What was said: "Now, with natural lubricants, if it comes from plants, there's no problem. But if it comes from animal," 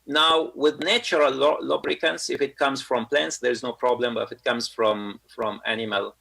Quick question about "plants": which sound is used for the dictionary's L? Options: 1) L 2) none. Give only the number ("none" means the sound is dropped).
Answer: 1